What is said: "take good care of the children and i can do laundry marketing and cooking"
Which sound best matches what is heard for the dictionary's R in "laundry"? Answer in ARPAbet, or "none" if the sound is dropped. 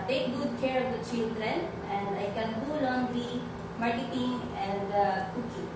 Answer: none